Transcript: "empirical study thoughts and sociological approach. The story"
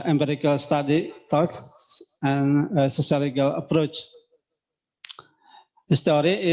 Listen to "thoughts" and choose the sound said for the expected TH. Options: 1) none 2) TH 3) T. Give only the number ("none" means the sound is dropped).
3